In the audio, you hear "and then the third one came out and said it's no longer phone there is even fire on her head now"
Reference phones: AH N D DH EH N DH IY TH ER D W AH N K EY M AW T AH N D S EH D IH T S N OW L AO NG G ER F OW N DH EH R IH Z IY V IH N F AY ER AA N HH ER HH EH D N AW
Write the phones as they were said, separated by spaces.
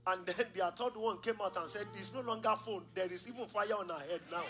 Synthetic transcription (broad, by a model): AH N D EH N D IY T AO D W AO N K EY M AW T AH N S EH D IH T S N OW L AO NG G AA F OW N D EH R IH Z IY V IH N F AY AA AA N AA HH EH D N AW